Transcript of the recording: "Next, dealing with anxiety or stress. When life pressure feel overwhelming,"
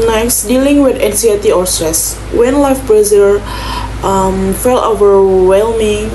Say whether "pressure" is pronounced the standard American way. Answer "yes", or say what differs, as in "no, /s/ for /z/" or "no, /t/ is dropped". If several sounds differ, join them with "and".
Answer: no, /b/ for /p/